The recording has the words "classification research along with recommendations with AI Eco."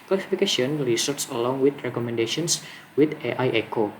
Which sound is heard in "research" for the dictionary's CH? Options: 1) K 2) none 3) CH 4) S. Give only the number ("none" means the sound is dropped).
4